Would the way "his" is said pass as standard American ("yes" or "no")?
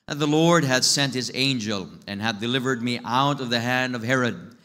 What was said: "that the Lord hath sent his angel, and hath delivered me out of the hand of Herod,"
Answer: yes